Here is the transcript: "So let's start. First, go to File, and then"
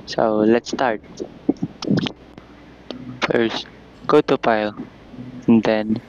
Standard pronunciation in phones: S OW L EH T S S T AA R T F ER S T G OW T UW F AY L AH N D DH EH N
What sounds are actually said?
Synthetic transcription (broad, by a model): S OW L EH T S S T AA R T F ER S T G OW T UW P AY L AH N D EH N